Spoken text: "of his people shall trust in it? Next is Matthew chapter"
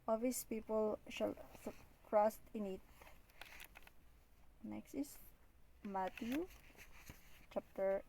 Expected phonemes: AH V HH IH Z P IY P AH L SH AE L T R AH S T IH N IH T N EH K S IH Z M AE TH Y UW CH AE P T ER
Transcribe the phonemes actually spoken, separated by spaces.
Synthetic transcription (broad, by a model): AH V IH S P IY P AH L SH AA L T R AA S T IH N IH T N EH K S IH S M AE T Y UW CH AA P T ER